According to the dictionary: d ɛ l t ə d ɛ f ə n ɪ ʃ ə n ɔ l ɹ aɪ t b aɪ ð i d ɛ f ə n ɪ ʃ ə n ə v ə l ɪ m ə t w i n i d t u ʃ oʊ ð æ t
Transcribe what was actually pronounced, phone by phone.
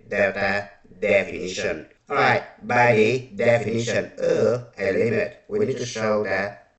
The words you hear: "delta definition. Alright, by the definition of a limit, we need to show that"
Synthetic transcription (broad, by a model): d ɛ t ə d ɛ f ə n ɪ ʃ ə n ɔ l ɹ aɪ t b aɪ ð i d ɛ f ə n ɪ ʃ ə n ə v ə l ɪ ə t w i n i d t u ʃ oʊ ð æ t